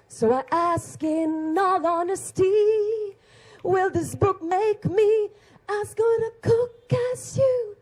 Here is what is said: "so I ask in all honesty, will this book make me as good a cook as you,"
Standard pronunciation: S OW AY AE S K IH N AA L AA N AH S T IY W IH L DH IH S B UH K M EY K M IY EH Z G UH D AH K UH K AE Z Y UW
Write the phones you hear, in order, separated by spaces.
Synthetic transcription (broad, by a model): S OW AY AE S K IH N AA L AA N AH S T IY W IH L DH IH S B UH K M EY K M IY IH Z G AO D AH K UH K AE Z Y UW